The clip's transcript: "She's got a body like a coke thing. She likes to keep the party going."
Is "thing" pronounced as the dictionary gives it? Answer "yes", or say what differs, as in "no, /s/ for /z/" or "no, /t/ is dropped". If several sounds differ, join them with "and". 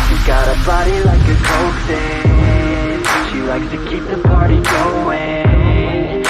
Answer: no, /s/ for /θ/